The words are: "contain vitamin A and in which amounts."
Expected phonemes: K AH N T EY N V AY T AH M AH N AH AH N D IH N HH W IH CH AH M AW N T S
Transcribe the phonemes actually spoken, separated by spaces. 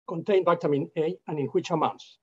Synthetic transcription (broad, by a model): K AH N T EY N V AY T AH M AH N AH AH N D IH N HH W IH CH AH M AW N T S